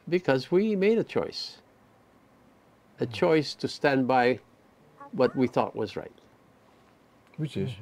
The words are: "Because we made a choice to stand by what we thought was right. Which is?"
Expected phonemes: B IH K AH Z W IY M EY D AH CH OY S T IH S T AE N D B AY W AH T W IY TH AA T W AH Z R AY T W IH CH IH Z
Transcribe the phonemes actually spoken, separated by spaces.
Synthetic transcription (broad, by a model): B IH K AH Z W IY M EY D AH CH OY S T IH S T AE N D B AY W AH T W IY TH AA T W AH Z R AY T W IH CH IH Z